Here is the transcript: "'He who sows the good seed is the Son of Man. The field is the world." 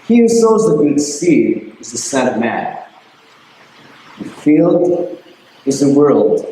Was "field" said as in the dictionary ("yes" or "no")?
yes